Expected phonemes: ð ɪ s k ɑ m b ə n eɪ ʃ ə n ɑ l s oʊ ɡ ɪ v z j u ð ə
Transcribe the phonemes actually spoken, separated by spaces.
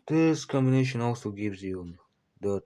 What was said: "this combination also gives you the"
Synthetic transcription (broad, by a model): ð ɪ s k ɑ m b ə n eɪ ʃ ə n ɑ l s oʊ ɡ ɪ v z j u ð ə